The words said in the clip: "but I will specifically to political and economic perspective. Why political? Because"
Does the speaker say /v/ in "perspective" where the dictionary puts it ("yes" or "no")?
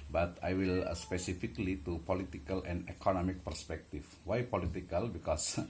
no